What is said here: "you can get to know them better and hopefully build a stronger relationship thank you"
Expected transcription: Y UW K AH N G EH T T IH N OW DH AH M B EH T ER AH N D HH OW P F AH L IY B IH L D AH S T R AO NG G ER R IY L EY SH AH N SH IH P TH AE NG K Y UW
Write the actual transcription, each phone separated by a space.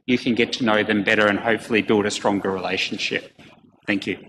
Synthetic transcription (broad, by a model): Y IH K AH N G EH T T IH N OW DH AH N B EH T ER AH N HH OW P F L IY B IH L D AH S T R AO NG G ER R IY L EY SH N SH IH P TH AE NG K Y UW